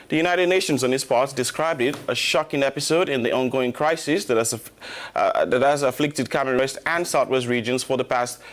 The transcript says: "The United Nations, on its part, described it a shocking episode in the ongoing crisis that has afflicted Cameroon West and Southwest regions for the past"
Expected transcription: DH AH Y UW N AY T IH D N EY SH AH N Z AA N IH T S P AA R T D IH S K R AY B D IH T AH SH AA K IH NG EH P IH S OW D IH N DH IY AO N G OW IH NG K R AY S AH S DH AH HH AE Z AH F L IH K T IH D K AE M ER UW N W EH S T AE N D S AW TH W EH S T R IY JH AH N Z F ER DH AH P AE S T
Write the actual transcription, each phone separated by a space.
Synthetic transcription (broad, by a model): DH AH Y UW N AY T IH D N EY SH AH N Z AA N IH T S P AA R T D IH S K R AY B D IH T AH SH AA K IH NG EH P IH S OW D IH N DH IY AO N G OW IH NG K R AY S AH S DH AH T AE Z AH F L IH K T IH D K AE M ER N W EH S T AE N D S AW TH W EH S T R IY JH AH N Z F ER DH AH P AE S T